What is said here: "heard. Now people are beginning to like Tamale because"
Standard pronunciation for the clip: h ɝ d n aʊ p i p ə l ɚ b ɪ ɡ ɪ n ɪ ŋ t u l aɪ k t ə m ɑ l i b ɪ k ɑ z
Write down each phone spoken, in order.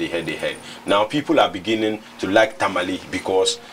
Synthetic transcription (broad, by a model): h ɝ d n aʊ p i p ə l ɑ b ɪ ɡ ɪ n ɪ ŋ t u l aɪ k t ə m ɑ l i b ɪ k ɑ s